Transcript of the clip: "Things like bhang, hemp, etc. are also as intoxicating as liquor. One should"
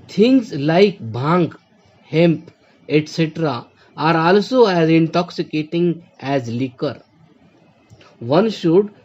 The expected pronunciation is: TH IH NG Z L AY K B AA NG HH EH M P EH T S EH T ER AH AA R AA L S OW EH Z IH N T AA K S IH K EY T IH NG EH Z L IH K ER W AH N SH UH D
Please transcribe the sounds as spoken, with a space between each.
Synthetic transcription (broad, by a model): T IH NG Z L AY K B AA NG HH EH M P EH T S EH T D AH AA R AA L S OW EH Z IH N T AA K S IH K EY T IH NG EH Z L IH K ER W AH N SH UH D